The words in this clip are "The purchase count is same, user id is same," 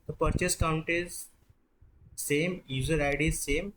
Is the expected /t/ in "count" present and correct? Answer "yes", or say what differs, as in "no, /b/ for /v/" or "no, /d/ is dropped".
yes